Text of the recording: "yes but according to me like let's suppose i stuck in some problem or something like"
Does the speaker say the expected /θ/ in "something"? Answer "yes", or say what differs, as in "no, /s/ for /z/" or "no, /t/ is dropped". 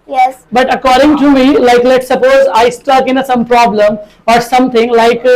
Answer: no, /t/ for /θ/